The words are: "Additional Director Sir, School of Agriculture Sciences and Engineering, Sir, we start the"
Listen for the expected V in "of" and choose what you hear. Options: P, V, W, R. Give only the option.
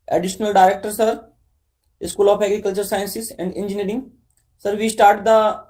P